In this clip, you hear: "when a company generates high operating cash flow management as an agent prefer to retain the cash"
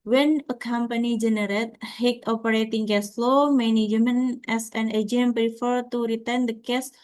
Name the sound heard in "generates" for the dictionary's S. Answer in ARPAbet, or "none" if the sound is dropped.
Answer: none